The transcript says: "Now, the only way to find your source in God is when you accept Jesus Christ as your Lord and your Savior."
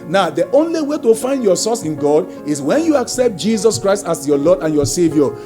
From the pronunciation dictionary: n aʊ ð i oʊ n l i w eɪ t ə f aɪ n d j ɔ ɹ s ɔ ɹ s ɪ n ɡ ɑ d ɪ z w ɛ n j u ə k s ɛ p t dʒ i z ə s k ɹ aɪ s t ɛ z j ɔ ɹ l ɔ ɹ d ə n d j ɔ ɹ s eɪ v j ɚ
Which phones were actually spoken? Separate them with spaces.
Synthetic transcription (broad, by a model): n aʊ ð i oʊ n l i w eɪ t ə f aɪ n d j ɔ s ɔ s ɪ n ɡ ɑ d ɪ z w ɛ n j u ə k s ɛ p t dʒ i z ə s k ɹ aɪ s t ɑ s j ɔ l ɔ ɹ d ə n j ɔ s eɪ v j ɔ